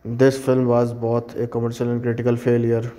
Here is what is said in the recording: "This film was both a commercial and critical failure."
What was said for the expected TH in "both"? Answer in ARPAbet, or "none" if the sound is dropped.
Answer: T